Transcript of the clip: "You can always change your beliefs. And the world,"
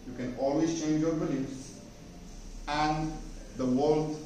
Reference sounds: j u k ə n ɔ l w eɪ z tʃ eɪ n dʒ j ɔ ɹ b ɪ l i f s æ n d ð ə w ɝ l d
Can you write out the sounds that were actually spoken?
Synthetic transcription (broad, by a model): j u k ə n ɔ l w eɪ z tʃ eɪ n dʒ j ɔ ɹ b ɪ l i s æ n d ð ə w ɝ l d